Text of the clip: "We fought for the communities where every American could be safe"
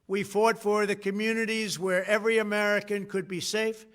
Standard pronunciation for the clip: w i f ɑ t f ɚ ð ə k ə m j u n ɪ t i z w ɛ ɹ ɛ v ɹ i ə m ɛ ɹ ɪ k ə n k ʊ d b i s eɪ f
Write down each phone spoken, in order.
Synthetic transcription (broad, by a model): w i f ɑ t f ɚ ð ə k ə m j u n ɪ t i z w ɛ ɹ ɛ v ɹ i ə m ɛ ɹ ɪ k ə n k ʊ d b i s eɪ f